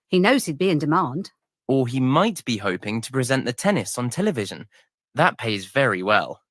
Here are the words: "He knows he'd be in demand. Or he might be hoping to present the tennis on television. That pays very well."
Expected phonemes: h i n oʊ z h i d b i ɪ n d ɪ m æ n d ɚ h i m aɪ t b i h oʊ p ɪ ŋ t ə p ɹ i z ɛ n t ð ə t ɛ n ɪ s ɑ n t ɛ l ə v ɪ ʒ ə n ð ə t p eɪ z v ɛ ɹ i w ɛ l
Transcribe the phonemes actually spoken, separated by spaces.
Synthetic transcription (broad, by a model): h i n oʊ z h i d b i ɪ n d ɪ m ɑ n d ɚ i m aɪ t b i h oʊ p ɪ ŋ t ə p ɹ i z ɛ n t ð ə t ɛ n ɪ s n t ɛ l ə v ɪ ʒ ə n ð ə t p eɪ z v ɛ ɹ i w ɛ l